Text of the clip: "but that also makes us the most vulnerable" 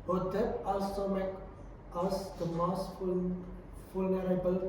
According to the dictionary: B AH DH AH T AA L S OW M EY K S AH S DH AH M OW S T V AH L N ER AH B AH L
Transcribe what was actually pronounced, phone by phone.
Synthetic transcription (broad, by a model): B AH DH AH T AA L S OW M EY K AH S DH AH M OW S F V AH L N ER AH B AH L